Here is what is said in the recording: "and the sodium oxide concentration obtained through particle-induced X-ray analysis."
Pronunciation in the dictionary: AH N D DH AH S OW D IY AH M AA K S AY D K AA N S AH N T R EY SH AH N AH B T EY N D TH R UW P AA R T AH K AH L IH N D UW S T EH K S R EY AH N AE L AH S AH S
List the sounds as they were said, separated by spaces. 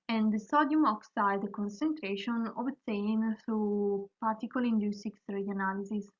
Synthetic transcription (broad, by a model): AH N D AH S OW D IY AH M AA K S AY D K AA N S AH N T R EY SH AH N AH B T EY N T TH R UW P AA R T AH K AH L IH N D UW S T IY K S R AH N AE L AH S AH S